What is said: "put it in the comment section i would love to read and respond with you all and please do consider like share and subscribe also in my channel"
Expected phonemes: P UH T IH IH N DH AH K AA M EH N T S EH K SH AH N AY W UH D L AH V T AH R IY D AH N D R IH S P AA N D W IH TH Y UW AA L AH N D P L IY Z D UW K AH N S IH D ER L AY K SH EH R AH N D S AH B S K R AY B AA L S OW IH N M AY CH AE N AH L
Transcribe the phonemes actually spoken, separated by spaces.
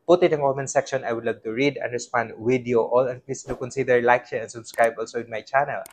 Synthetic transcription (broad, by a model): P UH T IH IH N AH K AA M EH N S EH K SH AH N AY W UH D L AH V T AH R IY D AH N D R IH S P AA N D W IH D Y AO AA L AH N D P L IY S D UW K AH N S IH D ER L AY K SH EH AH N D S AH B S K R AY B AA L S OW IH N M AY CH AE N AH L